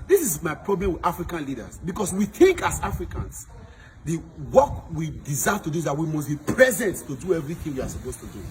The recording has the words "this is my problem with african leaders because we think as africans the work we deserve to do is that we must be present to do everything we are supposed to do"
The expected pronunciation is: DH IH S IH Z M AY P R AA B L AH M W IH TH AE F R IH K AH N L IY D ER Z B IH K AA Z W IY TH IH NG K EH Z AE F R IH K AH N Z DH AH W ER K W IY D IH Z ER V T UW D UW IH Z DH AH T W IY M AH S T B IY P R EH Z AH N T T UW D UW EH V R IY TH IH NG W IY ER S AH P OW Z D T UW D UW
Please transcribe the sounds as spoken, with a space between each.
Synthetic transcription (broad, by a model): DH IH S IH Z M AY P R AA B L AH M W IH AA F R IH K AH N L IY D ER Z B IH K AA S W IY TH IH NG K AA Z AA F R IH K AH N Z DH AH W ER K W IY D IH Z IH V T UW D UW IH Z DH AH T W IY M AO S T B IY P R EH Z AH N T T UW D UW EH V R IY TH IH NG W IY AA S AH P OW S T UW D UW